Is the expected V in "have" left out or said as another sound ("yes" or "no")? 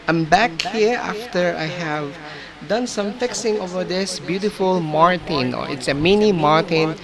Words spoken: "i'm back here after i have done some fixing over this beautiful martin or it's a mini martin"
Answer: no